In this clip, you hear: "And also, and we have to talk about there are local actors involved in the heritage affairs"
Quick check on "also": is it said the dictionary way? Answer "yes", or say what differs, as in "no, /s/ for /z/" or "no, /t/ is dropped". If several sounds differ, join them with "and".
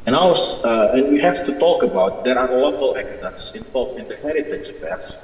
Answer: no, /l/ is dropped